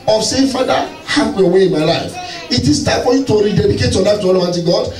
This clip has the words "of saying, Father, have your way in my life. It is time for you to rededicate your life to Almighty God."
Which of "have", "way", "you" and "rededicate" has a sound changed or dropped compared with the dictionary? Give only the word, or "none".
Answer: have